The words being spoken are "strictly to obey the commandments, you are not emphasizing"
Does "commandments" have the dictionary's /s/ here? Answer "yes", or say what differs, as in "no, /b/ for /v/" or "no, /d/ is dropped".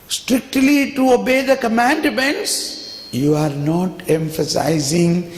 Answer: yes